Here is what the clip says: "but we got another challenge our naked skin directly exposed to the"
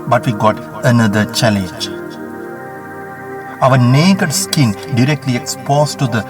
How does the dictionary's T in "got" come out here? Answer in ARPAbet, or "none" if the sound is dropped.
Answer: T